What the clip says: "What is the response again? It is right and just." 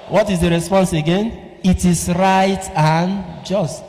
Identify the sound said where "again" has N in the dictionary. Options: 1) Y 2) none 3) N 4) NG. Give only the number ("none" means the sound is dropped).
3